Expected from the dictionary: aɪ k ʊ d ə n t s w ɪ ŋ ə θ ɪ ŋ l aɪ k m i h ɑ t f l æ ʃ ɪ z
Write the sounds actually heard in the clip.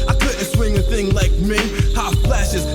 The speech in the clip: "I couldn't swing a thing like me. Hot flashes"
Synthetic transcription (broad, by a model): aɪ k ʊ d n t s w ɪ ŋ ə θ ɪ ŋ l aɪ k m i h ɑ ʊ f l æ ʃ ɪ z